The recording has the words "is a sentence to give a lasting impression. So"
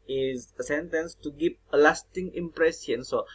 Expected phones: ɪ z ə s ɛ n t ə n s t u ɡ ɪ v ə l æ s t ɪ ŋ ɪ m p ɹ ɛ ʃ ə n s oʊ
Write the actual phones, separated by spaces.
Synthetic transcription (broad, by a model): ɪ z ə s ɛ n t ə n s t u ɡ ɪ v ə l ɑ s t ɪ ŋ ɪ m p ɹ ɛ s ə n s oʊ